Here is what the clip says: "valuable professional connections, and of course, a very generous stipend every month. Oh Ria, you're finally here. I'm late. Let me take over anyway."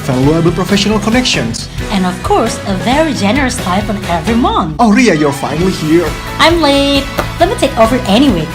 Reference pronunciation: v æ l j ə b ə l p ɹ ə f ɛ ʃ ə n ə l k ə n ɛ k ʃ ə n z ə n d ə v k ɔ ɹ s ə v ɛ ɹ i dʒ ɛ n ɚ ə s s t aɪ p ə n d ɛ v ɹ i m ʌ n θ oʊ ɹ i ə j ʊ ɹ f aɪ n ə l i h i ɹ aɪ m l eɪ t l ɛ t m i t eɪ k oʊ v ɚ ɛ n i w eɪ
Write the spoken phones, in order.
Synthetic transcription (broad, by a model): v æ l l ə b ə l p ɹ ə f ɛ ʃ ə n ə l k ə n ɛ k ʃ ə n s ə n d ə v k ɔ ɹ s ə v ɛ ɹ i dʒ ɛ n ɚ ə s s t aɪ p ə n ɛ v ɹ i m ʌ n oʊ ɹ i ə j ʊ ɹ f aɪ n ə l i h i ɹ aɪ m l eɪ t l ɛ t m i t eɪ k oʊ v ɚ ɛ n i w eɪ